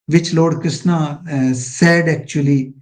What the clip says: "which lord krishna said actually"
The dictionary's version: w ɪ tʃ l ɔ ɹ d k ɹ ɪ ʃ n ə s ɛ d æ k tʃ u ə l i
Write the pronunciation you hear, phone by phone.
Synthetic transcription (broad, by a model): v ɪ tʃ l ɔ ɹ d k ɪ s n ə s ɛ d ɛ k tʃ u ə l i